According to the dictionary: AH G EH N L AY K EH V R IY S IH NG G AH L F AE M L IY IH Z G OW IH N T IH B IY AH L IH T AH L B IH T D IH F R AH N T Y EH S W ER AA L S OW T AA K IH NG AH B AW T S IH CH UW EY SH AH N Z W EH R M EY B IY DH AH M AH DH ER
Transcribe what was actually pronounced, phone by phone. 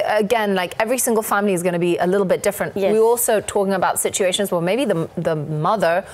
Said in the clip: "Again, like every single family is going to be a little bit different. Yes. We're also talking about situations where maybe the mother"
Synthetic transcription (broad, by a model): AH G EH N L AY K EH V R IY S IH NG G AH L F AE M L IY IH Z G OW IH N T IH B IY AH L IH T L B IH T D IH F R AH N T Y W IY AA L S OW T AA K IH NG AH B AW T S IH CH UW EY SH AH N Z W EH M EY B IY DH AH M AH DH ER